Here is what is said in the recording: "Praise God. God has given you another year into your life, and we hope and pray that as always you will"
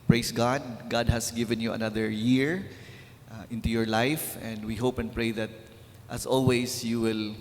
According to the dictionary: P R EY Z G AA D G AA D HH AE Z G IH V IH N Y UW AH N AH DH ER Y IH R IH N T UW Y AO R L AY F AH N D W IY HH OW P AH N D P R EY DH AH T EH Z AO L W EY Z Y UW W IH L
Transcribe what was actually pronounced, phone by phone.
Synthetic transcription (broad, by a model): P R EY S G AA D G AA D HH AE S G IH V IH N Y UW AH N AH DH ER Y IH R IH N T UW Y AO R L AY F AH N D W IY HH OW P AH N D P R EY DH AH T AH S AO L W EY S Y UW W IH L